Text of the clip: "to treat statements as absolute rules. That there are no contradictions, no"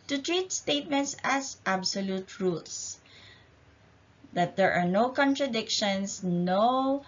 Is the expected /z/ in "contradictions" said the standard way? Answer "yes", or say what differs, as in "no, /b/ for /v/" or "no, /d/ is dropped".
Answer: no, /s/ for /z/